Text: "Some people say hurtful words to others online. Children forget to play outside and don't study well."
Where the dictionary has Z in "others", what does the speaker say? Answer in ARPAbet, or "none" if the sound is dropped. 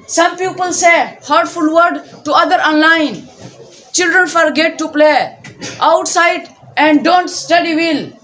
none